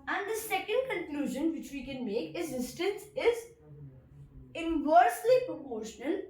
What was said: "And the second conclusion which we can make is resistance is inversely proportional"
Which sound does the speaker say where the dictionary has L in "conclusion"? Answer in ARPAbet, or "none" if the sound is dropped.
L